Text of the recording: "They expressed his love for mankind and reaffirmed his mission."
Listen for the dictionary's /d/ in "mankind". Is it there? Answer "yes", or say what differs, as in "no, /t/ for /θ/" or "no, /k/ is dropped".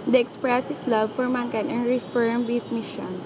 no, /d/ is dropped